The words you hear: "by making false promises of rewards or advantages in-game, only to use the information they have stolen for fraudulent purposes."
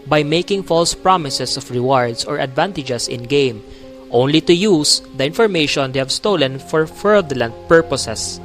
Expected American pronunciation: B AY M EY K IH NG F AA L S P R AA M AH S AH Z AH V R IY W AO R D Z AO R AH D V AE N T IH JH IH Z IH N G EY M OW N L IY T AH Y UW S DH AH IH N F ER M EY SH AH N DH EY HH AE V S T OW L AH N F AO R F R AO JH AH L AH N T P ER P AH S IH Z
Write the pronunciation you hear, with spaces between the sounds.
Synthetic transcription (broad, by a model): B AY M EY K IH NG F AA L S P R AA M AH S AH S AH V R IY W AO R D S AO R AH D V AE N T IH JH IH S IH N G EY M OW N L IY T AH Y UW S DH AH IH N F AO M EY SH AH N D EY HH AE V S T OW L AH N F AO R F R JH L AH N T P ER P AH S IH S